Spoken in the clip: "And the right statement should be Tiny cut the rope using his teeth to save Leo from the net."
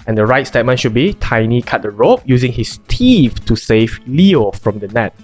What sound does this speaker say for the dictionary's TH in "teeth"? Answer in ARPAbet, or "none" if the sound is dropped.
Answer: F